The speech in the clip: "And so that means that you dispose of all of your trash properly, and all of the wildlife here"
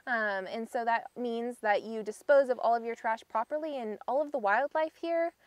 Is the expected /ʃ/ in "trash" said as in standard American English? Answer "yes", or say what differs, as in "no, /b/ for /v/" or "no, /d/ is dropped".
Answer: yes